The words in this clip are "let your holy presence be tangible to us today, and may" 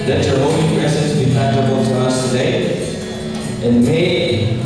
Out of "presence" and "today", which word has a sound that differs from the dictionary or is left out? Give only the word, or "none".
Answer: presence